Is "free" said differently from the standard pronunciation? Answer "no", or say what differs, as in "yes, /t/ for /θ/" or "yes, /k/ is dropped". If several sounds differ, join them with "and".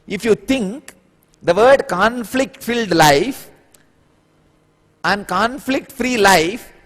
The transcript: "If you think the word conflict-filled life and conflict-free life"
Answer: no